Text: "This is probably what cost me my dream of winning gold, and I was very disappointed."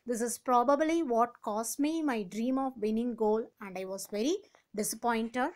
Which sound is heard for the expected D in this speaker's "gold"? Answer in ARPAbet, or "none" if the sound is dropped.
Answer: none